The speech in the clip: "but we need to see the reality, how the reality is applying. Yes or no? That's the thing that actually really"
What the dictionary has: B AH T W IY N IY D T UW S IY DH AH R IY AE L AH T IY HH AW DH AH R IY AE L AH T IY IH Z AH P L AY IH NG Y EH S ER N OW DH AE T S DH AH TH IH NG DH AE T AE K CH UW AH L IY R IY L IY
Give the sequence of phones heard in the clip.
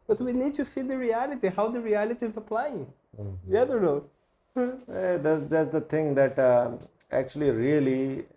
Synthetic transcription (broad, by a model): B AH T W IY N IY D T UW S IY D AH R IY AE L AH T IY HH AW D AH R IY AE L AH T IY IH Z AH P L AY IH NG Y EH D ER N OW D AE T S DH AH T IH NG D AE T AE K CH UW AH L IY R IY L IY